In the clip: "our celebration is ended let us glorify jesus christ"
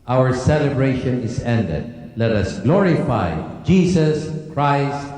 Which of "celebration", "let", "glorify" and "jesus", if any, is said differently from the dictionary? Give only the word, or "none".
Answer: jesus